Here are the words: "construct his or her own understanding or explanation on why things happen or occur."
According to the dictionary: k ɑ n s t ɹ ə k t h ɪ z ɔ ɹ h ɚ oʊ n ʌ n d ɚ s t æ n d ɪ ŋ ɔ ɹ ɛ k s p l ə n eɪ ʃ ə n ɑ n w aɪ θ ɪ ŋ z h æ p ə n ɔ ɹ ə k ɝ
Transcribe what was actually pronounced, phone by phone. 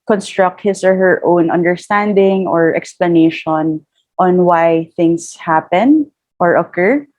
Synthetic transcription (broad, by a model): k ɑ n s t ɹ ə k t h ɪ s ɔ ɹ h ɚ oʊ n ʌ n d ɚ s t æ n d ɪ ŋ ɔ ɹ ɛ k s p l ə n eɪ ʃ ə n ɑ n w aɪ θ ɪ ŋ s h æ p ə n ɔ ɹ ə k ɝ